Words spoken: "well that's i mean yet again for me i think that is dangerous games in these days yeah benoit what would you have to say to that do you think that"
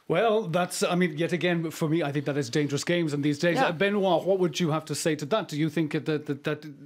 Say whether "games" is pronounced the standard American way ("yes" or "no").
yes